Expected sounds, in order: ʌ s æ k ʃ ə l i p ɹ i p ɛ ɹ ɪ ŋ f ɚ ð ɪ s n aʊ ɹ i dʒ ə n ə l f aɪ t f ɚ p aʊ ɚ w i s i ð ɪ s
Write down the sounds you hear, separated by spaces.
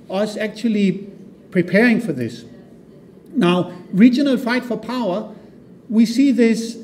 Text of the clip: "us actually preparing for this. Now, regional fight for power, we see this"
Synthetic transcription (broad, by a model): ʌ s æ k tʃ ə l i p ɹ i p ɛ ɹ ɪ ŋ f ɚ ð ɪ s n aʊ ɹ i dʒ ə n ə l f aɪ t f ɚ p aʊ ɚ w i s i ð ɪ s